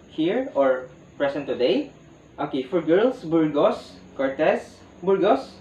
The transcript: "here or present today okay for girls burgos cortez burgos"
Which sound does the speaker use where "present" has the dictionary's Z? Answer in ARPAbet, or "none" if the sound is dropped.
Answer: S